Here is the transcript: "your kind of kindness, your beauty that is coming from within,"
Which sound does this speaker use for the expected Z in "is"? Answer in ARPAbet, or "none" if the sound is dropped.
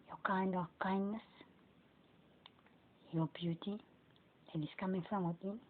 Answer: S